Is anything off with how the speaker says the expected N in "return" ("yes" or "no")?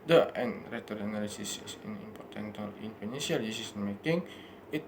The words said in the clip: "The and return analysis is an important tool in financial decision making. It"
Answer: yes